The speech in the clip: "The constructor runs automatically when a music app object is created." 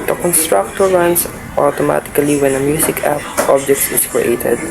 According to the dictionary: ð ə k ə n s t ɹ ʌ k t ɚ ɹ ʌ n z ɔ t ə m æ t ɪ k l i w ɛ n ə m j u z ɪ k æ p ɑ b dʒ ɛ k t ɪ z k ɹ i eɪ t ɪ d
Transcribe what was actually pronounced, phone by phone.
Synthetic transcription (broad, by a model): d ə k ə n s t ɹ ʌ k t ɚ ɹ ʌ n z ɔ t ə m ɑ t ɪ k l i w ɛ n ə m j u s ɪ k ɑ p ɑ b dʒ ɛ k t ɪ s k ɹ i eɪ t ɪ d